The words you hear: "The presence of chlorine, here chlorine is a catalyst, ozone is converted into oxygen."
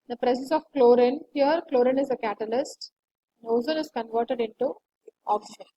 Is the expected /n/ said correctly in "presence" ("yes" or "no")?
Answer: no